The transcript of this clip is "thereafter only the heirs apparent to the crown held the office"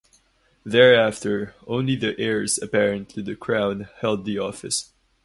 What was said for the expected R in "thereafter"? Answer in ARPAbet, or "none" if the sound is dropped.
R